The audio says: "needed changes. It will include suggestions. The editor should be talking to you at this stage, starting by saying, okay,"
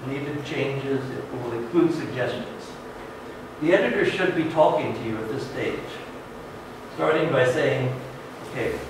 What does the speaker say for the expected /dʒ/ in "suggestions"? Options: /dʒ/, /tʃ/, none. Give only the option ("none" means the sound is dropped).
/dʒ/